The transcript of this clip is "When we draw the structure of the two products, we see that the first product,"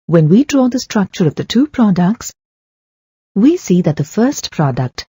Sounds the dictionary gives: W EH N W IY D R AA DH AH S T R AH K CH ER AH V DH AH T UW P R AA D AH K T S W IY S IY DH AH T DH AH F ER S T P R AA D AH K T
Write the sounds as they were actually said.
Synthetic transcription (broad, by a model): W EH N W IY D R AA DH AH S T R AH K CH ER AH V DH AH T UW P R AA D AH K T S W IY S IY DH AH T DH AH F ER S T P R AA D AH K T